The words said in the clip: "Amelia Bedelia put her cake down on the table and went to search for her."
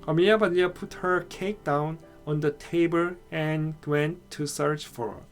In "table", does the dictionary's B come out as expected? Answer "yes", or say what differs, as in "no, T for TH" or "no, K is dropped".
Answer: yes